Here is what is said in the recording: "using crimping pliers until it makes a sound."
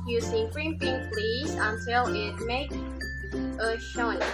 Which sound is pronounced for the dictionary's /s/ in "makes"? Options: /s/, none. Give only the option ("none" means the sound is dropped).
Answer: none